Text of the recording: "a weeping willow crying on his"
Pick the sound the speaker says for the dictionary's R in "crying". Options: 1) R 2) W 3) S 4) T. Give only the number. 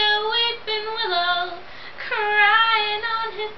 1